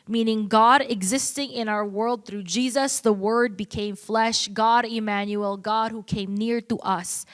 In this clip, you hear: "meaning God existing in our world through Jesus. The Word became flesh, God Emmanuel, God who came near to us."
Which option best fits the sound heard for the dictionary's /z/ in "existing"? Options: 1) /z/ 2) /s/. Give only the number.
1